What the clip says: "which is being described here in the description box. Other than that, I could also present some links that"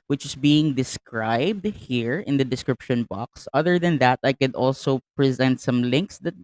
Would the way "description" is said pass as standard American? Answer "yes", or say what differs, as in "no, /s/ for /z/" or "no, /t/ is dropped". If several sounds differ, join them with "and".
yes